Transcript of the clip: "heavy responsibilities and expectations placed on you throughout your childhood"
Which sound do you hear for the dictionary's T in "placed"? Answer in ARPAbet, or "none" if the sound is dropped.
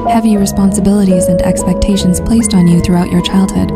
T